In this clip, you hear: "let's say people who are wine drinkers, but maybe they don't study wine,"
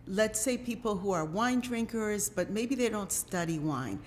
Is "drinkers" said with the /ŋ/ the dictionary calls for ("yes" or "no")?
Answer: yes